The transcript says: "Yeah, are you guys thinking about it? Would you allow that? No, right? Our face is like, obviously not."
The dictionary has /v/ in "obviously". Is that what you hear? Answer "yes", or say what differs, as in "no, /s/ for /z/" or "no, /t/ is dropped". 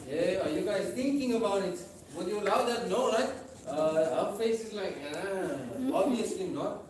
no, /v/ is dropped